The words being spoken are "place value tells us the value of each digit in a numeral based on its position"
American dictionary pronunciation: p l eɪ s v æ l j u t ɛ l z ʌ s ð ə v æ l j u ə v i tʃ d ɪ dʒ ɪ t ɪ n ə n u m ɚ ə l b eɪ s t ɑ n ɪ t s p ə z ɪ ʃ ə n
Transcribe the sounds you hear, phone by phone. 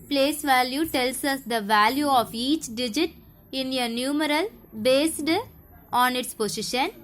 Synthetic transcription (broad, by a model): p l eɪ s v æ l j u t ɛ l s ʌ s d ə v æ l j u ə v i tʃ d ɪ dʒ ɪ t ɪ n ə n u m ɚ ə l b eɪ s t ɑ n ɪ t s p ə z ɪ ʃ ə n